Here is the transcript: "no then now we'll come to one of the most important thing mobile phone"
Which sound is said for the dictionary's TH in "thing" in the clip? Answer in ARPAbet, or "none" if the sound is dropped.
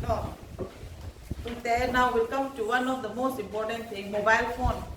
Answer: T